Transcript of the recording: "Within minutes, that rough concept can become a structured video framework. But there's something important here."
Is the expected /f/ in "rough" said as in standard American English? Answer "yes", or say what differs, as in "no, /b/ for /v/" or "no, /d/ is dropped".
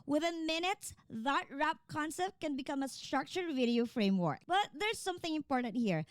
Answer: no, /p/ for /f/